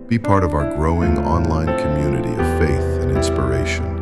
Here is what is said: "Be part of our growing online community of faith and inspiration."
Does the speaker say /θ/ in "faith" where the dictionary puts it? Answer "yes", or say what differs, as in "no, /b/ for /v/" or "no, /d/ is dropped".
yes